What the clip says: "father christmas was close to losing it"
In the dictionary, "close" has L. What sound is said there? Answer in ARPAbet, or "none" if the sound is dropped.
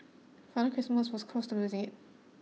none